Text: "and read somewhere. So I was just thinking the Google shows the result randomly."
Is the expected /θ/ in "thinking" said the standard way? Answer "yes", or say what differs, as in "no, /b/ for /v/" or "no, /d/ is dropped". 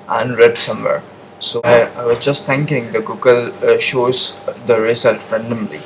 no, /t/ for /θ/